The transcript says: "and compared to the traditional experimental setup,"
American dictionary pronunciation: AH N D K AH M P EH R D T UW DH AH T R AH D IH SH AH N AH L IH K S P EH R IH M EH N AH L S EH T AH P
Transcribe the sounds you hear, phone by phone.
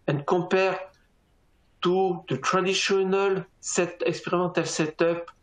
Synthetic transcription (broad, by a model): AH N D K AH P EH R T UW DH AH T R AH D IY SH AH N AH L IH K S P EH R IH M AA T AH L S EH T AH P